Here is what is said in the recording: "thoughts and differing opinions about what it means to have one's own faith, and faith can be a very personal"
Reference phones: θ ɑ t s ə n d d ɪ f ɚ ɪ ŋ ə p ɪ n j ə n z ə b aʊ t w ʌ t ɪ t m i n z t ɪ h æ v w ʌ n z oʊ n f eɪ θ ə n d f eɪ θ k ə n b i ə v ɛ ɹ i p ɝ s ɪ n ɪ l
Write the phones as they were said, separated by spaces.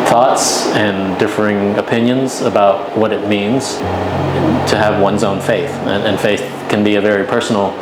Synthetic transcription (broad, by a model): θ ɑ t s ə n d d ɪ f ɚ ɪ ŋ ə p ɪ n j ə n z ə b aʊ t w ʌ t ɪ t m i n z t ɪ v w ʌ n z oʊ n f eɪ θ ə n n f eɪ θ k ə n b i ə v ɛ ɹ i p ɝ s n l